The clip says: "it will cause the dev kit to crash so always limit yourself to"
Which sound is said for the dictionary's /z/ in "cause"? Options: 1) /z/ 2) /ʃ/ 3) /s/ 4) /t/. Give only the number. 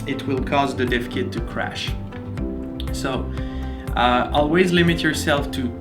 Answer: 1